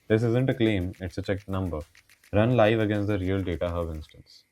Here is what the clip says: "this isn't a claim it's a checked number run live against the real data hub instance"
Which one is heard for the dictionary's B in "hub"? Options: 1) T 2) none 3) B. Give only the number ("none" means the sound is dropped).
2